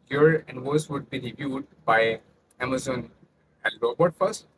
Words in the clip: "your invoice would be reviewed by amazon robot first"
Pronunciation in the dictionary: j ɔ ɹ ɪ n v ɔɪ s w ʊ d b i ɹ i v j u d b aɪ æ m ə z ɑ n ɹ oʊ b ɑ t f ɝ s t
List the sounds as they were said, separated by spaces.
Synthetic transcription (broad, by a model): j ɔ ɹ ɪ n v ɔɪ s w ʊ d b i ɹ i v j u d b aɪ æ m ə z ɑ n l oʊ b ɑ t f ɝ s t